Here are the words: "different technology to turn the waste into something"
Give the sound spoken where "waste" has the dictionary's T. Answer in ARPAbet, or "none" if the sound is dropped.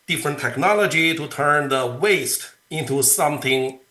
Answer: T